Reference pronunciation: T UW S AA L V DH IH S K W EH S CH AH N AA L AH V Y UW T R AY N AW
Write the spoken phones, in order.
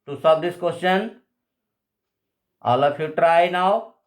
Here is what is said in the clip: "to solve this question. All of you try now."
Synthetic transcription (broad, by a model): T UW S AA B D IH S K W EH S CH AH N AA L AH P Y UW T R AY N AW